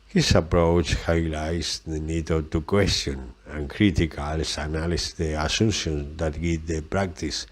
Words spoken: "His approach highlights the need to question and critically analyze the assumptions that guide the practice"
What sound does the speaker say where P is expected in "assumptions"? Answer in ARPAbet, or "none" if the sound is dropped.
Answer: none